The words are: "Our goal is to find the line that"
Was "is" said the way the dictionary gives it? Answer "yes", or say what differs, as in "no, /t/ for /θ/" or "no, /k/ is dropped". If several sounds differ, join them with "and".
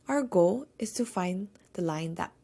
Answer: no, /s/ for /z/